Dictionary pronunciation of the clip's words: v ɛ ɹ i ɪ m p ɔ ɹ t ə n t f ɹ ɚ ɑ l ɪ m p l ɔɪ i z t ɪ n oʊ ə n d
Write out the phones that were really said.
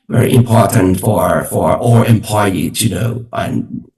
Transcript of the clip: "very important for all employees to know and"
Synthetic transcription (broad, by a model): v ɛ ɹ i ɪ m p ɔ ɹ t ə n t f ɹ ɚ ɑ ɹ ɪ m p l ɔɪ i t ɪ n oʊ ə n